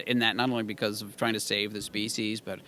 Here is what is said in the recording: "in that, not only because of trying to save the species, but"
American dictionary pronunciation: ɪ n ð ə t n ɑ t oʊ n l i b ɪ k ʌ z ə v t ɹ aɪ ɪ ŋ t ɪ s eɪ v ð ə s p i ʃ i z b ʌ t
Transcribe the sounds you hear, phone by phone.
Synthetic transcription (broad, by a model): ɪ n ð ə t n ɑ t oʊ n l i b ɪ k ʌ z ə v t ɹ aɪ ɪ ŋ t ɪ s eɪ v ð ə s p i ʃ i z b ʌ t